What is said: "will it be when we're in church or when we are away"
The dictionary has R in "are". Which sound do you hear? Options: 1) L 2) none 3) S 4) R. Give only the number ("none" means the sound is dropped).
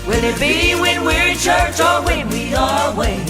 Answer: 1